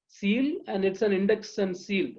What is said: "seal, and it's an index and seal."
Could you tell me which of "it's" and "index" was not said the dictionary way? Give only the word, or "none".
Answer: none